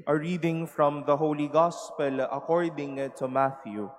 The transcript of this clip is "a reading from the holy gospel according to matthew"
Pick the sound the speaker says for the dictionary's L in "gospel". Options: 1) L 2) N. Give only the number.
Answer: 1